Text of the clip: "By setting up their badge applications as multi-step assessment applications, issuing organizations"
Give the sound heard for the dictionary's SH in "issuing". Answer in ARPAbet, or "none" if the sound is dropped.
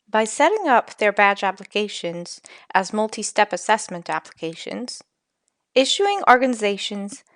SH